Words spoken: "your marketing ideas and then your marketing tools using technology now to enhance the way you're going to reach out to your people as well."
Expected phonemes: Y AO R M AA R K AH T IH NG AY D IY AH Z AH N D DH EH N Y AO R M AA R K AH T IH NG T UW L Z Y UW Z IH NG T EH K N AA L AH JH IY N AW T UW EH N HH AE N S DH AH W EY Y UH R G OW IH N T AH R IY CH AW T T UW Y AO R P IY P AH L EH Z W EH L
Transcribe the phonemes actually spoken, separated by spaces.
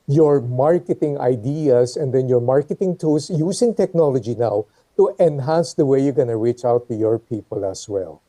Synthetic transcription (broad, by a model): Y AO R M AA R K AH T IH NG AY D IY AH S AH N D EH N Y AO R M AA R K AH T IH NG T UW L S Y UW S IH NG T EH K N AA L AH JH IY N AW T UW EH N HH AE N S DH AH W EY Y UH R G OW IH N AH R IY CH AW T T UW Y AO R P IY P AH L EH S W EH L